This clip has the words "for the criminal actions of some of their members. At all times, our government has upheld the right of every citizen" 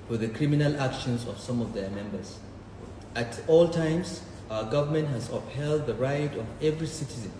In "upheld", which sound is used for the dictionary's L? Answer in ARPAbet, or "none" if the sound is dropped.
L